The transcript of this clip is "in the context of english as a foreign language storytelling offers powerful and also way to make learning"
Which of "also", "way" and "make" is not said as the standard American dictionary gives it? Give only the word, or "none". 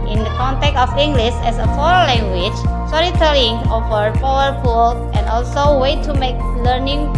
none